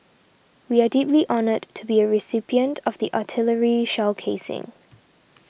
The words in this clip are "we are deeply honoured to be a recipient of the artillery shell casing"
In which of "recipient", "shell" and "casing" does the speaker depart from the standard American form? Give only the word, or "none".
none